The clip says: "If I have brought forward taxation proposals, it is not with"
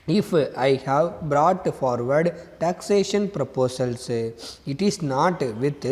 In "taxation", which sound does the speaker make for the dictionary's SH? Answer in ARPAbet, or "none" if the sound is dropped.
SH